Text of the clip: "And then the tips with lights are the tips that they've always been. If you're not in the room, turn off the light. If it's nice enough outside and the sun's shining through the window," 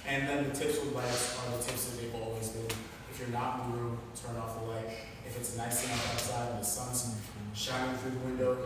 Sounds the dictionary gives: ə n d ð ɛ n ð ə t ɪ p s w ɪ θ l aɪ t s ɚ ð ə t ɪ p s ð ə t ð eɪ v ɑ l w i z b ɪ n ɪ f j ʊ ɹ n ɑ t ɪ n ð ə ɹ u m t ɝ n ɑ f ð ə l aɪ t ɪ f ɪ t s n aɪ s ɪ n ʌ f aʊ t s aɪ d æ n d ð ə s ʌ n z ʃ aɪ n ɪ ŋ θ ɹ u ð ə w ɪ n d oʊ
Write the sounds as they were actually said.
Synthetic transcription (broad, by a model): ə n ð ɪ n ð ə t ɪ p s w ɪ l aɪ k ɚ ð ə t ɪ p s ð ə t ð eɪ v ɑ l w i z b ɪ n ɪ f j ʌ ɹ n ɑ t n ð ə ɹ u m t ɝ n ɑ f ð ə l aɪ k ɪ f ɪ t s n aɪ s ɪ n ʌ aʊ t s aɪ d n ð ə s ʌ n z ʃ aɪ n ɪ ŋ θ ɹ u ð ə w ɪ n d oʊ